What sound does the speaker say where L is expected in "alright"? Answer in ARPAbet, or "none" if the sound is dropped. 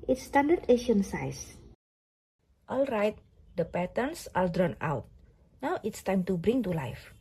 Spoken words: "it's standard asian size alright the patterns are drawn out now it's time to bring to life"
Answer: L